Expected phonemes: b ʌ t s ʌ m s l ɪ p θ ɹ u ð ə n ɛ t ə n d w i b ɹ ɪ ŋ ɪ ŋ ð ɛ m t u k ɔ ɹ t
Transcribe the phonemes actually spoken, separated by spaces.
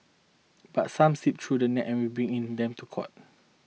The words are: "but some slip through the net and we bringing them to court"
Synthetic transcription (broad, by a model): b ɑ t s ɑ m s i p t ɹ u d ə n ɛ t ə n w i b ɹ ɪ ŋ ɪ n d ɛ m t u k ɔ t